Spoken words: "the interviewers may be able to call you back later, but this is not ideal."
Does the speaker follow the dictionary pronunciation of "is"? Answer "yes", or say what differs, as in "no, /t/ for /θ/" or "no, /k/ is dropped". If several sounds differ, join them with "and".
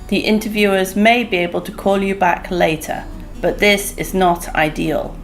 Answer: yes